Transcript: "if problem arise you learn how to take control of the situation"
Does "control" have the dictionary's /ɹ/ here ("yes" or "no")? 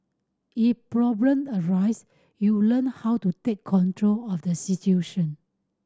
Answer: yes